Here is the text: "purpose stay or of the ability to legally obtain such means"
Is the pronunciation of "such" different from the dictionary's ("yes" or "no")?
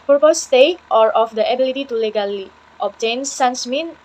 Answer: yes